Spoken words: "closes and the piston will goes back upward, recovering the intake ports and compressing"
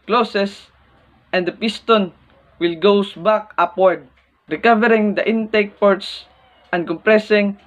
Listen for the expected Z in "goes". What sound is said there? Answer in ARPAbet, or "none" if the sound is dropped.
S